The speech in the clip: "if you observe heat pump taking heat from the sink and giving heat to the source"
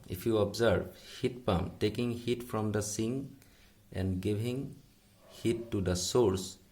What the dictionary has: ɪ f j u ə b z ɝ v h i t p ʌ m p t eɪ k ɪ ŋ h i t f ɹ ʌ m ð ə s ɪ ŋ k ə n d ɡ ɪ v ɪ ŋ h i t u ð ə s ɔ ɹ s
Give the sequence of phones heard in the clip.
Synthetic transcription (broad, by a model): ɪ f j u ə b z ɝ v h i t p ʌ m t eɪ k ɪ ŋ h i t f ɹ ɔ m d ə s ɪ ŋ ə n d ɡ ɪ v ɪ ŋ h i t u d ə s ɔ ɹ s